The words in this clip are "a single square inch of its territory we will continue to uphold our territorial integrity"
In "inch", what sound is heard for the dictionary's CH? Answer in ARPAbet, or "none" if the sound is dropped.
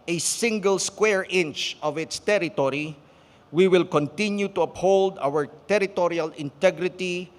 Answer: CH